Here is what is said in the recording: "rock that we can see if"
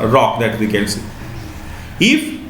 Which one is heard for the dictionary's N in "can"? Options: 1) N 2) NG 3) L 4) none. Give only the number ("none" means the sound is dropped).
3